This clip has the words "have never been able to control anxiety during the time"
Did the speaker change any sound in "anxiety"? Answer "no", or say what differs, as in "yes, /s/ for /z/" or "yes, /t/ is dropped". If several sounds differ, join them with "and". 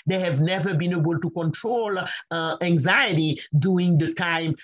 no